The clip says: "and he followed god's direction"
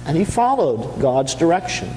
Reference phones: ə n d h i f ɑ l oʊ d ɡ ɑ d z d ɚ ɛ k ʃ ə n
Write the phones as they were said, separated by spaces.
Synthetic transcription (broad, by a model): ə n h i f ɑ l oʊ d ɡ ɑ d z d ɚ ɛ k ʃ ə n